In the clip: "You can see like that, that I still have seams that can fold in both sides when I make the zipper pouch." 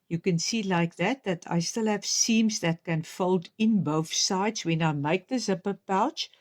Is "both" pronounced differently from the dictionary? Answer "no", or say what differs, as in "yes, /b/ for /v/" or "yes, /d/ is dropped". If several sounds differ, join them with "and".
no